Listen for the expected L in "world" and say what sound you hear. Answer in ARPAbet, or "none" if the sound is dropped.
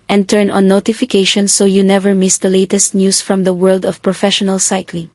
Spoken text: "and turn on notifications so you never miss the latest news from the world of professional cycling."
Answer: L